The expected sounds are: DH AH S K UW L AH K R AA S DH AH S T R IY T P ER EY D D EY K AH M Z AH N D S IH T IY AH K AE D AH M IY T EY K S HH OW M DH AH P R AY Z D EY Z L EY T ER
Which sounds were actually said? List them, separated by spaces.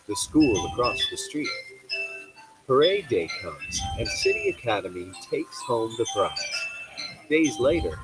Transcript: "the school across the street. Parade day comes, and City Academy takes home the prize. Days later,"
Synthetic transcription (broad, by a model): DH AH S K UW L AH K R AA S DH AH S T R IY T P ER EY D D EY K AH M Z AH N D S IH T IY AH K AE D AH M IY T EY K S HH OW M DH AH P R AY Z D EY Z L EY T ER